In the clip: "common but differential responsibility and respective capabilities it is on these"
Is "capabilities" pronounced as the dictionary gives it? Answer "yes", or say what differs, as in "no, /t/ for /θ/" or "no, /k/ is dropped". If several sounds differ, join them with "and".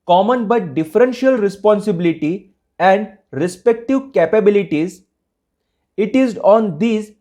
yes